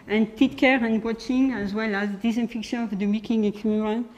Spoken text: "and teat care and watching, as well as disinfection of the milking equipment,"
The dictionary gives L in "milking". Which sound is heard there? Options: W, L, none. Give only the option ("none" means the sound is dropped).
none